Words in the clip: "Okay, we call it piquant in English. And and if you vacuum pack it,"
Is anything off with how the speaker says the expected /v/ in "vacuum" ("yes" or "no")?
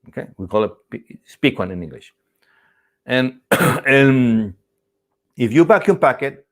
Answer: yes